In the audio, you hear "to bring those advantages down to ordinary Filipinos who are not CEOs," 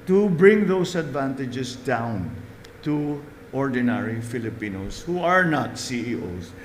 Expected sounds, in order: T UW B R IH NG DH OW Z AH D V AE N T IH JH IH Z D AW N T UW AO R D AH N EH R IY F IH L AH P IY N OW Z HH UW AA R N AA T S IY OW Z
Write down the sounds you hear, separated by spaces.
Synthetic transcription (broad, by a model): T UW B R IH NG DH OW S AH D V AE N T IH JH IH S D AW N T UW AO R D AH N EH R IY F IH L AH P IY N OW S HH UW AA R N AA T S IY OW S